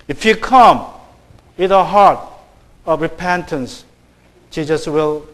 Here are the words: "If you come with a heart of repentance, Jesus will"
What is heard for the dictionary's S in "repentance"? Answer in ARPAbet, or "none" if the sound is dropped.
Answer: S